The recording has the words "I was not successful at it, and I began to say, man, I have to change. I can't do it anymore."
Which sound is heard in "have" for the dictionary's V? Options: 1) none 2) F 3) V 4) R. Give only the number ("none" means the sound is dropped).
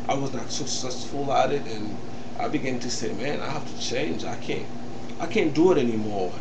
2